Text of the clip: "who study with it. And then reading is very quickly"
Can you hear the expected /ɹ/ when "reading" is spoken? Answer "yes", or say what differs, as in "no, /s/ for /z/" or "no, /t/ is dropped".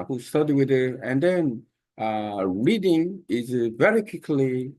yes